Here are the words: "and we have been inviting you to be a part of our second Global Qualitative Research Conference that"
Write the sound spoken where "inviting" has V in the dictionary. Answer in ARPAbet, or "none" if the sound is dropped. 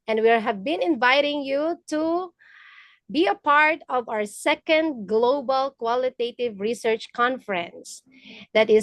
V